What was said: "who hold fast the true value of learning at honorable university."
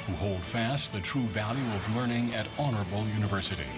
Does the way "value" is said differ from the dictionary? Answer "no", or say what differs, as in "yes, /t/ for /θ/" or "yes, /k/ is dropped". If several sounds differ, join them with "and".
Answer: no